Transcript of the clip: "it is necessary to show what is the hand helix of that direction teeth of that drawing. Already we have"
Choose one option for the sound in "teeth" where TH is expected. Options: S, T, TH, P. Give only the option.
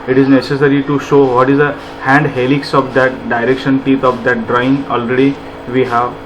T